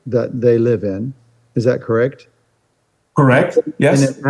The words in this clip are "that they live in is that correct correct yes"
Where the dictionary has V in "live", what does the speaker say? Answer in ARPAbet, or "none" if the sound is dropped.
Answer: V